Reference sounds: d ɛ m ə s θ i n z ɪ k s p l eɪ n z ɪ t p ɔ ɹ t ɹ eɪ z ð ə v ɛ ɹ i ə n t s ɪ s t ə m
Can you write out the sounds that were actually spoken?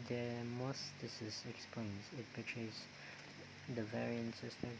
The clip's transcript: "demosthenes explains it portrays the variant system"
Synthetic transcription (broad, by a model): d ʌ m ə s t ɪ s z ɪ k s p l eɪ n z ɪ t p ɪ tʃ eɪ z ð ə v ɛ ɹ i ə n t s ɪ s t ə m